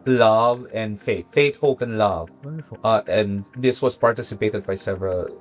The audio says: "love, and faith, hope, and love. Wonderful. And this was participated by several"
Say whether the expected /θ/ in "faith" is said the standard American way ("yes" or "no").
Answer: no